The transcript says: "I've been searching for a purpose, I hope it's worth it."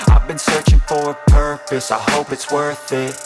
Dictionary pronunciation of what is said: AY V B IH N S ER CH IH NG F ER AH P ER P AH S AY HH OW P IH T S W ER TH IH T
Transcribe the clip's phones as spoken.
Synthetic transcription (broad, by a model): AY V B IH N S ER CH IH NG F ER AH P ER P AH S AY HH OW P IH T S W ER TH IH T